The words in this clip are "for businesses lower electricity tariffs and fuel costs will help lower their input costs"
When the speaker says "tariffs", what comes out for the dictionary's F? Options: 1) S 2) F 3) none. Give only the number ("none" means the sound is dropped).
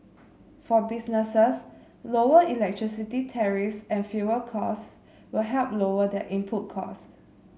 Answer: 2